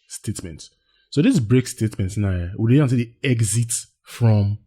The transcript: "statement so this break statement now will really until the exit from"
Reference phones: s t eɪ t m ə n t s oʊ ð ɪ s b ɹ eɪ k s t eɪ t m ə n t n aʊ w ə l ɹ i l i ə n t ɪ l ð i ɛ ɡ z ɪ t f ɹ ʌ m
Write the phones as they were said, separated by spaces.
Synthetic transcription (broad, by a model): s t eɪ t m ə n t s oʊ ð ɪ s b ɹ eɪ k s t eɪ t m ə n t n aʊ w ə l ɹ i i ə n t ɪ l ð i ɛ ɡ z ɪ t f ɹ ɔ m